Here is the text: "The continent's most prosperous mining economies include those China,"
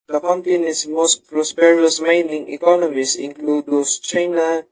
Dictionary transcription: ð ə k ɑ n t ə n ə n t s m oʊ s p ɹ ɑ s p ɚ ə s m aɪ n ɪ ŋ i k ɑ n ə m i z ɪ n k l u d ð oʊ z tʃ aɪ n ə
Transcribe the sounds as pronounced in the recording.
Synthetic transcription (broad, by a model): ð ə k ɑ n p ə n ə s m oʊ s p ɹ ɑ s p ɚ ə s m aɪ n ɪ ŋ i k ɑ n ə m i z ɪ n k l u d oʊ s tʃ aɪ n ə